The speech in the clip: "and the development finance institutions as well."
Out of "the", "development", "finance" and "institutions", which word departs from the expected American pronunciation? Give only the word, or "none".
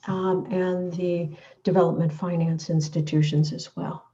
none